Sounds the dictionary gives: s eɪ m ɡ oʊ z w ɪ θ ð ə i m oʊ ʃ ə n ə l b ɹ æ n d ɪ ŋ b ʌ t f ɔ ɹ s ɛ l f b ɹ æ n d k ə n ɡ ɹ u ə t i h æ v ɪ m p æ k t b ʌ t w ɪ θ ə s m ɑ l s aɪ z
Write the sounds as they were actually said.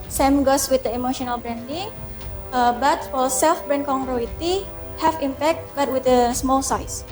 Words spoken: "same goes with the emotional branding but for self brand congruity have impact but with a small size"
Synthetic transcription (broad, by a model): s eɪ m ɡ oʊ s w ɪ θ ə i m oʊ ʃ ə n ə l b ɹ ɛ n d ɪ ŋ b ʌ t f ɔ l s ɛ l f b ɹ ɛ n k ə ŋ ɹ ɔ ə t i h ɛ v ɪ m p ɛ k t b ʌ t w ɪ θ ə s m ɑ l s aɪ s